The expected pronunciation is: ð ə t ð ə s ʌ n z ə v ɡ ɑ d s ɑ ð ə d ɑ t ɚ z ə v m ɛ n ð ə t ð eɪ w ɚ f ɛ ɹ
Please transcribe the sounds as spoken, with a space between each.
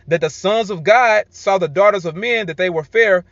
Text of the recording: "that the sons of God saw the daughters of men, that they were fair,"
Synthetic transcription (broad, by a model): ð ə t ð ə s ʌ n z ə v ɡ ɑ d s ɑ ð ə d ɑ t ɚ z ə v m ɛ n ð ə t ð eɪ w ɚ f ɛ ɹ